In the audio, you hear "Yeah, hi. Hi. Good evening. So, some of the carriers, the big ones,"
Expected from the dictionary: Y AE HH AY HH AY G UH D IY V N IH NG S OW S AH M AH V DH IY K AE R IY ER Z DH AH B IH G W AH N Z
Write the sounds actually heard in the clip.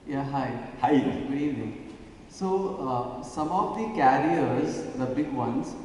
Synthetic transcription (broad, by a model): Y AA HH AY HH AY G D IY N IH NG S OW S AH M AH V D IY K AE R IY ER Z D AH B IH G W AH N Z